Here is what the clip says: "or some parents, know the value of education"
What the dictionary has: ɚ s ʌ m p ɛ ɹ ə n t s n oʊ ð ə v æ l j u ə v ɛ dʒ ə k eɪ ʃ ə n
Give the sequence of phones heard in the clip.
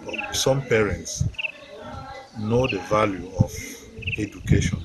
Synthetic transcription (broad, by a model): s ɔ m p ɛ ɹ ə n t s n oʊ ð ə v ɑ l j u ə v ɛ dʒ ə k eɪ ʃ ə n